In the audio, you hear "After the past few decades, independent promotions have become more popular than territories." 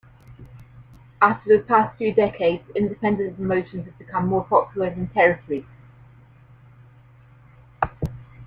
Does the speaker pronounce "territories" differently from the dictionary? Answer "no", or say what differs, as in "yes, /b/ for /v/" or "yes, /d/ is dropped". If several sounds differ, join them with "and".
yes, /z/ is dropped